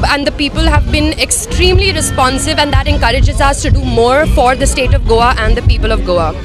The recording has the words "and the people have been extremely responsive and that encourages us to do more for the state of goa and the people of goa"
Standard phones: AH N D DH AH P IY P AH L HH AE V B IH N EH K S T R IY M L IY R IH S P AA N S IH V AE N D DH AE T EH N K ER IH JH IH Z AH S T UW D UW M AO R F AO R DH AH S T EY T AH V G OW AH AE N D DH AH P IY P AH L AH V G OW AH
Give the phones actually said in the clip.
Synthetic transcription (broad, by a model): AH N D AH P IY P AH L HH AE V B IH N EH K S T R IY M L IY R IH S P AA N S IH V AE N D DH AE T EH N K ER IH JH IH Z AH S T UW D UW M AO R F AO R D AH S T EY T AH V G OW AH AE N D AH P IY P AH L AH V G OW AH